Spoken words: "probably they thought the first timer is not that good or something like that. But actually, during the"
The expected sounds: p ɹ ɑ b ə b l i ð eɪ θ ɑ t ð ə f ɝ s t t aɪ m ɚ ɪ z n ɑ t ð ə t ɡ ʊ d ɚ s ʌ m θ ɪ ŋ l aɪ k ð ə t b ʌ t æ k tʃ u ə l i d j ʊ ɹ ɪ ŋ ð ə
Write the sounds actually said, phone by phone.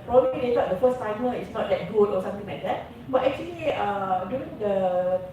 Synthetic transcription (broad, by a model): p ɹ ɑ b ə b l i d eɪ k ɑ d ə f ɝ s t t aɪ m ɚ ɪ s n ɑ t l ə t ɡ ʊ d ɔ s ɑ m t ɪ ŋ l aɪ k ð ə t b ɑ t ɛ k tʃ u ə l i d j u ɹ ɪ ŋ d ə